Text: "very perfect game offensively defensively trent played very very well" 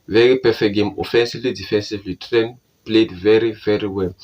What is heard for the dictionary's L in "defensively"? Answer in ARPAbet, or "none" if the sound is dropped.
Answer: L